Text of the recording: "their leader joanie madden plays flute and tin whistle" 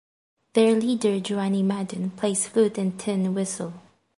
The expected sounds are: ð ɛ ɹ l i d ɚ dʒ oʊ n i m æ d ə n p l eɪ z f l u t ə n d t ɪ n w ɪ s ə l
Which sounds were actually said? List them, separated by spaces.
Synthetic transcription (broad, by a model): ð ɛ ɹ l i d ɚ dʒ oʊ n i m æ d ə n p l eɪ s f u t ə n t ɪ n w ɪ s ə l